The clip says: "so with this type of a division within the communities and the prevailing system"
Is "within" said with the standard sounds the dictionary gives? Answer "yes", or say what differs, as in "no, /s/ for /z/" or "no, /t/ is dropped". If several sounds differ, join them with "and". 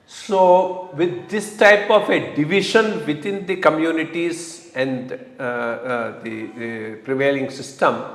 no, /t/ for /θ/